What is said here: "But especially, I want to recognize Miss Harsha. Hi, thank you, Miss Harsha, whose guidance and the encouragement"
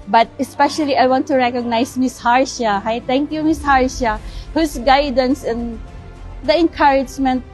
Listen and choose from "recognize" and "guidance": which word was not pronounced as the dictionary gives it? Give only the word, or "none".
recognize